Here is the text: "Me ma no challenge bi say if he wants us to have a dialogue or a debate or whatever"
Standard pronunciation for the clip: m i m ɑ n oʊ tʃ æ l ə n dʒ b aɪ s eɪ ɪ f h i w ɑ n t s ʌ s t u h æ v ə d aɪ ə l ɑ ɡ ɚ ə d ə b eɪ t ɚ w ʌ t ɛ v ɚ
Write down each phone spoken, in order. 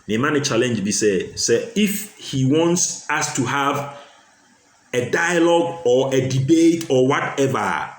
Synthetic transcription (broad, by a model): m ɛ m ɑ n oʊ tʃ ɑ l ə n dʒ b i s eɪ ɪ f h i w ɑ n t s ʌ s t u h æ v ə d aɪ ə l ɑ ɡ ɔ ə d ə b eɪ t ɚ w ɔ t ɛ v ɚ